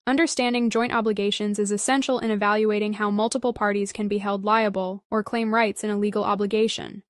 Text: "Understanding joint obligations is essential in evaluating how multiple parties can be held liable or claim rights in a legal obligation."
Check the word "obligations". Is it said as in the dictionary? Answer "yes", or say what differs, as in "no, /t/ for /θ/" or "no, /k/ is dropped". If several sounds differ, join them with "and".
yes